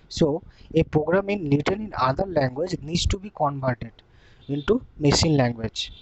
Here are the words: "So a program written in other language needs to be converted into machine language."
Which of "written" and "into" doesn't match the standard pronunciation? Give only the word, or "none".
written